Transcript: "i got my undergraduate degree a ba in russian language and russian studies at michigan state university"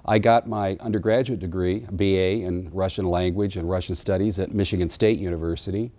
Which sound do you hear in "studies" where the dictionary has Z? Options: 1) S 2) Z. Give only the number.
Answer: 2